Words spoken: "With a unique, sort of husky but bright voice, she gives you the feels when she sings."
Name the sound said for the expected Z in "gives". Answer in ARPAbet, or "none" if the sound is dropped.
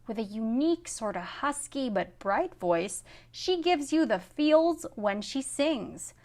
Z